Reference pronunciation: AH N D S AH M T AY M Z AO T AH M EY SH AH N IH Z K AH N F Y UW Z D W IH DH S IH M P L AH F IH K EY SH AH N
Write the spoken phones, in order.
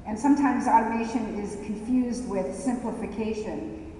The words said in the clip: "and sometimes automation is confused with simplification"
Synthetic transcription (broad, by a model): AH N S AH M T AY M Z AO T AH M EY SH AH N IH Z K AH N F Y UW Z D W IH DH S IH M P L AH F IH K EY SH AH N